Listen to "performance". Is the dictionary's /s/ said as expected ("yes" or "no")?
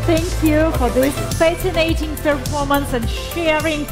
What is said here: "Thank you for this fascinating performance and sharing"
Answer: yes